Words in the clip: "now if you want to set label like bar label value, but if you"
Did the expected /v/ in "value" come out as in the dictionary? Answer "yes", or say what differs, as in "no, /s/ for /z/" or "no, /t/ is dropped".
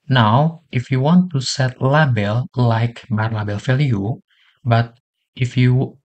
no, /f/ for /v/